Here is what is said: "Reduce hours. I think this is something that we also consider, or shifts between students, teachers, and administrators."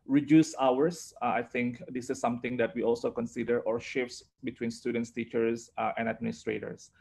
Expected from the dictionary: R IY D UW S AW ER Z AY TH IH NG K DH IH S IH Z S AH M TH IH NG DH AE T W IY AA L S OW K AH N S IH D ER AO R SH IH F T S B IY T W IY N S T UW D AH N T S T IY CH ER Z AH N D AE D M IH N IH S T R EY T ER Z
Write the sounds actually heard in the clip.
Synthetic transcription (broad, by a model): R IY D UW S AW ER S AY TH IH NG K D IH S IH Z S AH M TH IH NG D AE T W IY AA L S OW K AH N S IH D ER AO R SH IH F T S B IY T W IY N S T UW D AH N T S T IY CH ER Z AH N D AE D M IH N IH S T R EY T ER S